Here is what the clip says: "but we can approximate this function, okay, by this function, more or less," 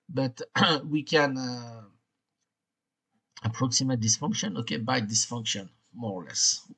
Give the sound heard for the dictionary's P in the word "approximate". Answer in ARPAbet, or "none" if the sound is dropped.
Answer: P